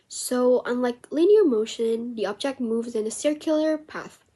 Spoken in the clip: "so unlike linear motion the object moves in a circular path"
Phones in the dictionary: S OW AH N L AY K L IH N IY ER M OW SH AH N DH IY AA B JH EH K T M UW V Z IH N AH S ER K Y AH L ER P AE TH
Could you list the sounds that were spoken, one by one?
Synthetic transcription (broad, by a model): S OW AH N L AY K L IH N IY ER M OW SH AH N DH IY AA B JH EH K T M UW V Z IH N AH S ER K Y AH L ER P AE TH